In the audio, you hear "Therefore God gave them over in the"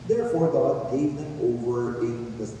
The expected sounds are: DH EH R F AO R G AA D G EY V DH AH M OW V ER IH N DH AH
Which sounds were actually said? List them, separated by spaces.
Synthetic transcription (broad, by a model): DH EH R F AO R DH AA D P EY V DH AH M OW V ER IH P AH